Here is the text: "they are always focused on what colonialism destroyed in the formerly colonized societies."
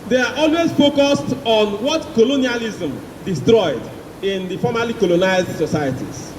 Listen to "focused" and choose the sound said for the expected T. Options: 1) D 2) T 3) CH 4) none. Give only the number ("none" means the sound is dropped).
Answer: 2